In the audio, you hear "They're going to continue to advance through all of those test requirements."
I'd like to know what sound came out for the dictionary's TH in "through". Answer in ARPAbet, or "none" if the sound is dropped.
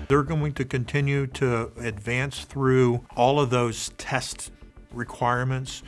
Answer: TH